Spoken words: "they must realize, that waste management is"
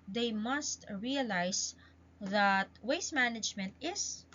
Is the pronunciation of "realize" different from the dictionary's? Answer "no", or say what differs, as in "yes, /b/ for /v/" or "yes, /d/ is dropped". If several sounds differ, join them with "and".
yes, /s/ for /z/